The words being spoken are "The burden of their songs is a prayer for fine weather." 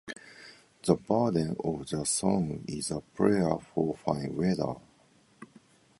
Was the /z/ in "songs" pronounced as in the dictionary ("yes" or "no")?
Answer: no